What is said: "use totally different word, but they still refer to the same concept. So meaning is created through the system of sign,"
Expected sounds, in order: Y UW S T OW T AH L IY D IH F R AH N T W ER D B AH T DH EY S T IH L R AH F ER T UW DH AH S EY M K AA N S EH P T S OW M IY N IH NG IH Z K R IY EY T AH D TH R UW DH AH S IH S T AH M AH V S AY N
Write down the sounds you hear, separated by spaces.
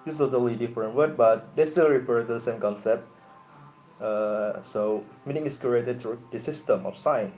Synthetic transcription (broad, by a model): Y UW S T OW T AH L IY D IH F R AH N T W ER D B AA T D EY S T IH L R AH P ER T UW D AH S EY M K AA N S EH P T S OW M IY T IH NG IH S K R IY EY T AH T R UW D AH S IH S T AH M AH F S AY N